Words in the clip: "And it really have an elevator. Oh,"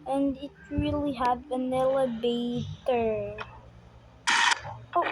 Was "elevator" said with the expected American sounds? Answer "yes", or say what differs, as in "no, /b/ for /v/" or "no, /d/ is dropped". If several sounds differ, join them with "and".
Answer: no, /b/ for /v/